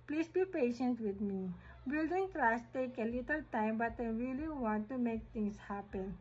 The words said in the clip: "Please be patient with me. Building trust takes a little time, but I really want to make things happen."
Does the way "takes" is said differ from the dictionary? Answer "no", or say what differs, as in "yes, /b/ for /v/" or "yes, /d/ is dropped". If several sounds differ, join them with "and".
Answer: yes, /s/ is dropped